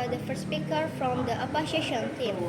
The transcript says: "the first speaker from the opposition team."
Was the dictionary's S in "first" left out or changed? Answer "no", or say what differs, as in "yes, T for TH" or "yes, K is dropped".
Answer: yes, S is dropped